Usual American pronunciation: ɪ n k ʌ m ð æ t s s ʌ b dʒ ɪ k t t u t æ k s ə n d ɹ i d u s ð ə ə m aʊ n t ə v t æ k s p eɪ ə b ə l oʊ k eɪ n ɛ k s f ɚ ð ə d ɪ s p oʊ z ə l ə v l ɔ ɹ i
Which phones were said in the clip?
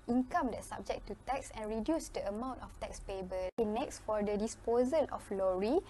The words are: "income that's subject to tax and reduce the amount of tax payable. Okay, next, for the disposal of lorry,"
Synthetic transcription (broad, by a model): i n k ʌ m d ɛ t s s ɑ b dʒ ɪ k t t u t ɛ k s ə n ɹ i d u s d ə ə m aʊ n t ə f t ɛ k s p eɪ b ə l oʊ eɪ n ɛ k s f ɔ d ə d ɪ s p oʊ z ə l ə f l ɔ ɹ i